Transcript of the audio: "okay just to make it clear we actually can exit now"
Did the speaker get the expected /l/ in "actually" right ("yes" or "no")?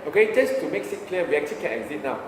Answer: no